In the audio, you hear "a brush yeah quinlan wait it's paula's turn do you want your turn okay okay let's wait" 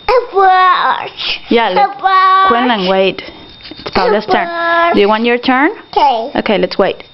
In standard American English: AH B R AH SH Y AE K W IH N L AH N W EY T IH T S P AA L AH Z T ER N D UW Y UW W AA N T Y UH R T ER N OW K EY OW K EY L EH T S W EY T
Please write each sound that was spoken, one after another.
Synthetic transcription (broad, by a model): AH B AH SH Y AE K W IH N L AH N W EY T IH T S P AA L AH S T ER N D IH Y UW W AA N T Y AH R T ER N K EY OW K EY L EH T S W EY T